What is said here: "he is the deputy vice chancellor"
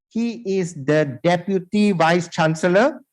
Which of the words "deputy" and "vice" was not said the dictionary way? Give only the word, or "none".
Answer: none